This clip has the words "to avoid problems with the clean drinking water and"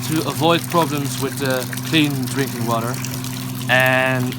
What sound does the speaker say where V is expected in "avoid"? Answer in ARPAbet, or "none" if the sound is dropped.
V